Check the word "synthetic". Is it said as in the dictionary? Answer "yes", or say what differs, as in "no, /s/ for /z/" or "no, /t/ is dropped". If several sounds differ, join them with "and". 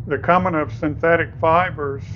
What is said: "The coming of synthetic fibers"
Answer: yes